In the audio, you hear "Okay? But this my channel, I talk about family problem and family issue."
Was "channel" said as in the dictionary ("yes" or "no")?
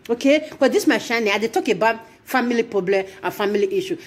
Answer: no